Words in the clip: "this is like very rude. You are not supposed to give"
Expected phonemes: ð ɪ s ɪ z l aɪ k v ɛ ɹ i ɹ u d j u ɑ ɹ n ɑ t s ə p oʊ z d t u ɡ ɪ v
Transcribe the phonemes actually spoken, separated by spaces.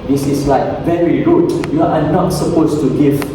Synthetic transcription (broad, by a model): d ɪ s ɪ s l aɪ k v ɛ ɹ i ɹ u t j u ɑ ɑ n ɑ t s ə p oʊ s t u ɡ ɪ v